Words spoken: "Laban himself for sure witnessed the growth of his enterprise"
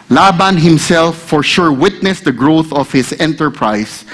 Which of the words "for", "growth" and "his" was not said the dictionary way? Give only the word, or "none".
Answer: his